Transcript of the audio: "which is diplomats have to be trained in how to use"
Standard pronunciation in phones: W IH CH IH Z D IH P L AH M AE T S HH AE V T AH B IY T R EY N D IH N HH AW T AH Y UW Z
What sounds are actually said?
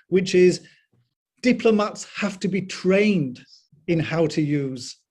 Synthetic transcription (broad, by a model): W IH CH IH Z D IH P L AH M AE T S HH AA F T AH B IY T R EY N D IH N HH AW T AH Y UW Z